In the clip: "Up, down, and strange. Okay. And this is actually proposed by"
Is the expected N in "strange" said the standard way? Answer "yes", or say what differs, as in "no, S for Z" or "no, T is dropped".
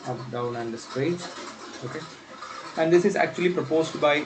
no, N is dropped